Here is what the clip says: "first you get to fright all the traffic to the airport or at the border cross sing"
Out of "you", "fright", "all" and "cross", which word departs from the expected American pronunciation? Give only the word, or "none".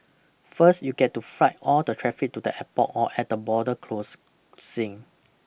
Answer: cross